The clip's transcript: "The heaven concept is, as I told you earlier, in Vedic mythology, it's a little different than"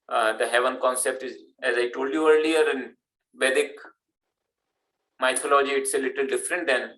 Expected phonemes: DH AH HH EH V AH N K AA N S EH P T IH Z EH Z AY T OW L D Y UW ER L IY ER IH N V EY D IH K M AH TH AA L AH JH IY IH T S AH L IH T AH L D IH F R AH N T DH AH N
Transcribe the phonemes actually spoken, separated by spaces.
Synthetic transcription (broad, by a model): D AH HH EH V AH N K AA N S EH P T IH Z EH Z AY T OW L D Y UW ER L IY ER IH N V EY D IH K M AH T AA L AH JH IY IH T S AH L IH T AH L D IH F R AH N T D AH N